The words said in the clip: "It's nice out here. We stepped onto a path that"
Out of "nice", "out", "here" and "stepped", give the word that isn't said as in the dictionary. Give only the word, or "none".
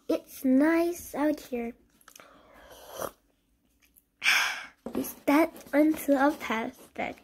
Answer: stepped